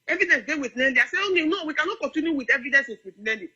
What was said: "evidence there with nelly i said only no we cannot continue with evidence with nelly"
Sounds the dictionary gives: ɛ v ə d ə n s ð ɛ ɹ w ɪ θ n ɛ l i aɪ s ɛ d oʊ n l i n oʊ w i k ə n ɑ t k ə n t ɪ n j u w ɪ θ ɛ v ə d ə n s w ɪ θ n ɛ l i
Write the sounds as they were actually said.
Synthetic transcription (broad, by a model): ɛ v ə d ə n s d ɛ w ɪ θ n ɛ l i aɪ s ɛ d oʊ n i n oʊ w i k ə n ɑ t k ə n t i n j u w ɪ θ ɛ v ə d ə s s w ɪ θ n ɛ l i